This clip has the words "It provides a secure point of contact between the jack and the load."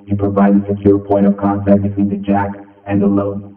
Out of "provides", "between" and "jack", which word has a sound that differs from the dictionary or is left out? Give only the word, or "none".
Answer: provides